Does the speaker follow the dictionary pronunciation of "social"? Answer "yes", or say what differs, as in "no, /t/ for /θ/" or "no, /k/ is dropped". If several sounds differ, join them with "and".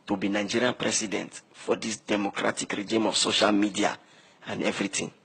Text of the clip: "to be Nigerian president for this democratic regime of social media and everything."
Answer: yes